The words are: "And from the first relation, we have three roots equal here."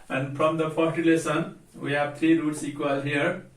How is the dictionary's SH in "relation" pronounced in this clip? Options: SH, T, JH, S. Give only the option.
S